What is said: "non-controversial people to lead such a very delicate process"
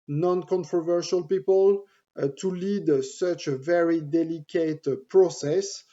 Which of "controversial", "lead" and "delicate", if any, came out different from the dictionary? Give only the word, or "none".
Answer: none